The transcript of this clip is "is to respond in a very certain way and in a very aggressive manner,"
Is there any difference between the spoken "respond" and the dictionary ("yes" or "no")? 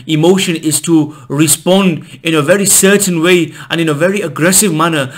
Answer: no